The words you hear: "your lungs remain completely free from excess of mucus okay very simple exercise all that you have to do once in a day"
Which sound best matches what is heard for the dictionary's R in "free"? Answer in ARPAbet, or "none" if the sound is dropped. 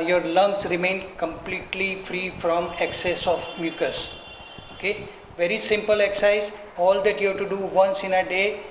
R